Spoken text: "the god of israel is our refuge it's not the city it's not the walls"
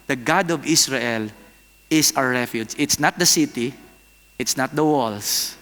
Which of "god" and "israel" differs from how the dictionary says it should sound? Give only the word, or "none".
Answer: israel